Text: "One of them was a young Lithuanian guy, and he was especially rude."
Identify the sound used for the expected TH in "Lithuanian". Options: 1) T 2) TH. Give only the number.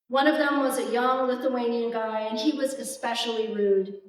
2